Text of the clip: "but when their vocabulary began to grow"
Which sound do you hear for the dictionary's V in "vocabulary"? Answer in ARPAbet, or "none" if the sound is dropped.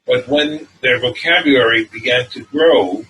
V